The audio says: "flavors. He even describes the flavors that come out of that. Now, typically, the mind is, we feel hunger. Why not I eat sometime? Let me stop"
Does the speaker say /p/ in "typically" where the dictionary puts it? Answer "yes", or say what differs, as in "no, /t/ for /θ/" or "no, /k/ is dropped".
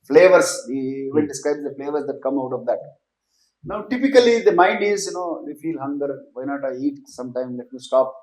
yes